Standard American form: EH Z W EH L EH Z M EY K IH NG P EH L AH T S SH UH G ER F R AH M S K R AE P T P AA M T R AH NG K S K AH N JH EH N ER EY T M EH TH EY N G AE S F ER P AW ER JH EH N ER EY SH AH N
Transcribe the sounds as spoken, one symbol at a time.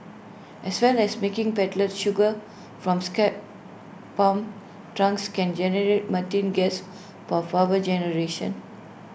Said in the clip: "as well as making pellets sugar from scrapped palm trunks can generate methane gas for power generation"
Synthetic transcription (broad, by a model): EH S W EH L EH S M EY K IH NG P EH L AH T SH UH G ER F R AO M S K EH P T P AA M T R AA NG K S K AH N JH EH N ER EY T M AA T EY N G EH S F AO F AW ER JH EH N ER EY SH AH N